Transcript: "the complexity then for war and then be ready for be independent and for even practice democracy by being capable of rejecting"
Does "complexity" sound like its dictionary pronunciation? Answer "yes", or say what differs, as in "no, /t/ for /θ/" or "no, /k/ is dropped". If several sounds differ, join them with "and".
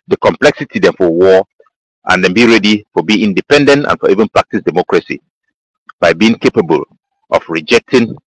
yes